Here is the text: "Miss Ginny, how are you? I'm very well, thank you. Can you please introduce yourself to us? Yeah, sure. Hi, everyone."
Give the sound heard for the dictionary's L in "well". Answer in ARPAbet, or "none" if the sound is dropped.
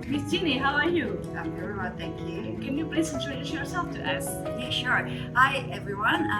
N